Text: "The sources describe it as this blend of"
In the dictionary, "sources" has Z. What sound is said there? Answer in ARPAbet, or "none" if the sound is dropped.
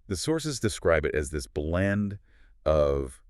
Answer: Z